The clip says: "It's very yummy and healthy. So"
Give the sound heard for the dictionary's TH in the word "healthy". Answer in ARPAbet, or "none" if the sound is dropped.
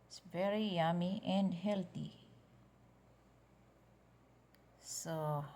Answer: T